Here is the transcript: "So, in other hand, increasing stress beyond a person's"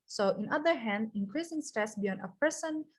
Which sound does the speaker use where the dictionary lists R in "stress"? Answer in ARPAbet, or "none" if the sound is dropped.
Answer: none